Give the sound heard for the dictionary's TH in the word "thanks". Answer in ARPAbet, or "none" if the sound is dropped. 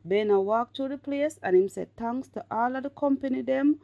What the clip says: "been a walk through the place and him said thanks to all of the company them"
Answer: T